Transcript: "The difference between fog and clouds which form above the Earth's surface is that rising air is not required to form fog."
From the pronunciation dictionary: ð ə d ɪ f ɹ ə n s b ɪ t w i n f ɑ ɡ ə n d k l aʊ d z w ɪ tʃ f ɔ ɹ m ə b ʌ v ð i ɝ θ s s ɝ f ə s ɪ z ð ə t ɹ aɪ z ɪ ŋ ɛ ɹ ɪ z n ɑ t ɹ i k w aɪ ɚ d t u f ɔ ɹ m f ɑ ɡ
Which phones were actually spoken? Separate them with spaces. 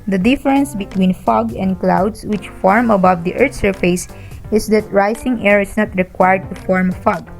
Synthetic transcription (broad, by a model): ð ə d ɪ f ɹ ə n s b ɪ t w i n f ɑ ɡ ə n d k l aʊ d s w ɪ tʃ f ɔ ɹ m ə b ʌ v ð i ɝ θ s s ɝ f ə s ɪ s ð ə t ɹ aɪ s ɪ ŋ ɛ ɹ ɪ s n ɑ t ɹ i k w aɪ ɚ d t u f ɔ ɹ m f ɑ ɡ